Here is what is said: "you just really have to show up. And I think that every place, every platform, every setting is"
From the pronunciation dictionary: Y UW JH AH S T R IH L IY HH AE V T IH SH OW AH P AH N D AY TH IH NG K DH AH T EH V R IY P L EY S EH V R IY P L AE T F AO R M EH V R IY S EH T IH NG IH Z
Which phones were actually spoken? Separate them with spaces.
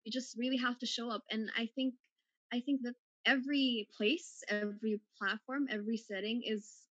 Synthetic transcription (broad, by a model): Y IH JH AH S T R IH L IY HH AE F T IH SH OW AH P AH N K AY TH IH NG K DH AH T EH V R IY P L EY S EH V R IY P L AE T F AO R M EH V R IY S EH T IH NG IH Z